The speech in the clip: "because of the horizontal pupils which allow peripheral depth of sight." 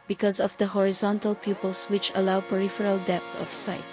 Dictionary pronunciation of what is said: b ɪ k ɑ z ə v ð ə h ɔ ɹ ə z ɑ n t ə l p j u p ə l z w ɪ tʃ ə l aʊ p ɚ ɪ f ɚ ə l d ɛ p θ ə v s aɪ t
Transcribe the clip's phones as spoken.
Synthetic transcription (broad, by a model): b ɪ k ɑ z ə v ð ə h ɔ ɹ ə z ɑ n t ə l p j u p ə l s w ɪ tʃ ə l aʊ p ɚ ɪ f ɚ ə l d ɛ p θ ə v s aɪ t